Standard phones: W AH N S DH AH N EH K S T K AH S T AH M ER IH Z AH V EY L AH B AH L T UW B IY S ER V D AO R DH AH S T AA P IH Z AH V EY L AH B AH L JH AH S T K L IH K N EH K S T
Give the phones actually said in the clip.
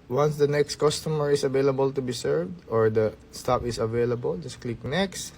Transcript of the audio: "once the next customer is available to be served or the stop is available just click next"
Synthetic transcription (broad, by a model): W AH N S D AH N EH K S T K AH S T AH M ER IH S AH V EY L AH B AH L T UW B IY S ER V D AO R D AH S T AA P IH S AH V EY L AH B AH L JH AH S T K L IH K N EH K S T